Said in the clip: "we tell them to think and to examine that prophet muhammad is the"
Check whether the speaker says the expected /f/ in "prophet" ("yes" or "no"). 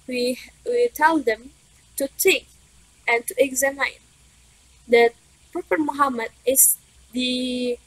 no